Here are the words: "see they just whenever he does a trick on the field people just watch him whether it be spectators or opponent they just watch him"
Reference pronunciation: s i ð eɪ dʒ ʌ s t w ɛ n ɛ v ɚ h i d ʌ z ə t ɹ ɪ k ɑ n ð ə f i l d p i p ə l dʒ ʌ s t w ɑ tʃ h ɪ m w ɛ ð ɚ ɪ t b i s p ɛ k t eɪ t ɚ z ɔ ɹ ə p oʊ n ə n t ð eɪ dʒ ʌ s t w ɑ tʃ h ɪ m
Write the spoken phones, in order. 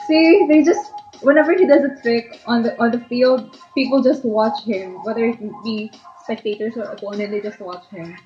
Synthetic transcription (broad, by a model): s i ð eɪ dʒ ʌ s t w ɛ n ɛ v ɚ h i d ʌ z ə t ɹ ɪ k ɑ n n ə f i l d p i p ə l dʒ ʌ s t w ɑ tʃ h ɪ m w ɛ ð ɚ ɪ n b i s p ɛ k t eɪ t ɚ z ɔ ɹ ə p oʊ n ə n t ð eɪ dʒ ʌ s t w ɑ tʃ h ɪ m